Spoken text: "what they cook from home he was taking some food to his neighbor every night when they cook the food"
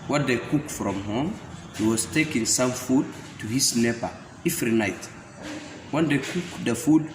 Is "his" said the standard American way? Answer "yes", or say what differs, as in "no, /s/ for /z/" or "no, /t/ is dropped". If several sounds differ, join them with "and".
no, /s/ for /z/